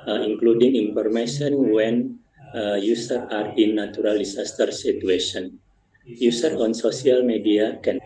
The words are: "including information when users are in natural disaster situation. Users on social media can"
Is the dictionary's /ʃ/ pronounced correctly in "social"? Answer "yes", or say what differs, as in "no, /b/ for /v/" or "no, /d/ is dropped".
no, /s/ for /ʃ/